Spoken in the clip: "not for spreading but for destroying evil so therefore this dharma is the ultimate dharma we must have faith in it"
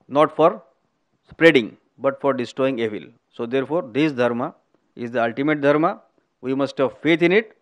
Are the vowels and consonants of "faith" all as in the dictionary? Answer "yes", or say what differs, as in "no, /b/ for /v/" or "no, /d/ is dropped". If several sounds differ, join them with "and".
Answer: no, /t/ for /θ/